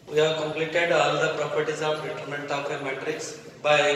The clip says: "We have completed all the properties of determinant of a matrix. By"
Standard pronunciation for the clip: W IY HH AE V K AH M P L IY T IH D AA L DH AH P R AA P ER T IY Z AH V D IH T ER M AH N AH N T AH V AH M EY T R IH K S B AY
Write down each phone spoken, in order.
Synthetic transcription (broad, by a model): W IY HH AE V K AH M P L IY T IH D AA L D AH P R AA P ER T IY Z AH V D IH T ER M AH N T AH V AH M EY T R IH K S B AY